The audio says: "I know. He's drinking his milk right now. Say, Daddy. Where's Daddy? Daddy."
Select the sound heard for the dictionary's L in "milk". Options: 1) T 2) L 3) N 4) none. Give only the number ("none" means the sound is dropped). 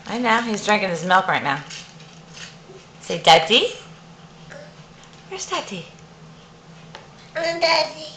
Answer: 2